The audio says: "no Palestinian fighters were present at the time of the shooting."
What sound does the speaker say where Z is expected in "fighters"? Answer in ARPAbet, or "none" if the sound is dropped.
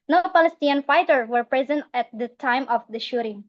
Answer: none